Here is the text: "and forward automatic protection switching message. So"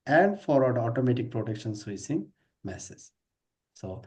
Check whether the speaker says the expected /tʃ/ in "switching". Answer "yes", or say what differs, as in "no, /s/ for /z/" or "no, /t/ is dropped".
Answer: no, /s/ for /tʃ/